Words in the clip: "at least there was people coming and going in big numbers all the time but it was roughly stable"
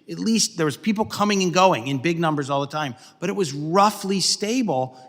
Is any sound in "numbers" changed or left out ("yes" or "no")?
no